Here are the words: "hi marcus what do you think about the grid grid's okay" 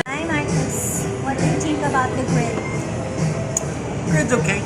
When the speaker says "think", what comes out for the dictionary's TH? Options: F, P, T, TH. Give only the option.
T